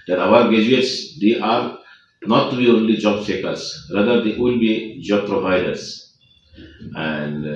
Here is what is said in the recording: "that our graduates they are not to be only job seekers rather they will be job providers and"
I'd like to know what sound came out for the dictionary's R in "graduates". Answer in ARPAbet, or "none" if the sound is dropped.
none